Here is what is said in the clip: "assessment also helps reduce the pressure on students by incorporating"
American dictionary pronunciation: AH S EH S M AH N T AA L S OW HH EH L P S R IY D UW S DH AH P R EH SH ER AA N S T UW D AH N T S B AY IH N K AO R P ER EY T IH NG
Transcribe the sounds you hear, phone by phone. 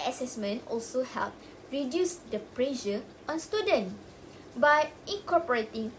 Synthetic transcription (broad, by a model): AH S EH S M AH N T AA L S OW HH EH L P R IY D UW S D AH P R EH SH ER AA N S T UW D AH N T B AY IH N K AO P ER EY T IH NG